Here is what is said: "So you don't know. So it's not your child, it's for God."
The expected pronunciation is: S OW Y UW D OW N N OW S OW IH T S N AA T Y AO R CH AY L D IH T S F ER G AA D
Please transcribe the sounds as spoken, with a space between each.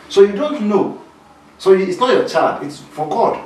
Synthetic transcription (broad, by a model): S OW Y UW D OW N N OW S OW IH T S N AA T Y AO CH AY D IH T S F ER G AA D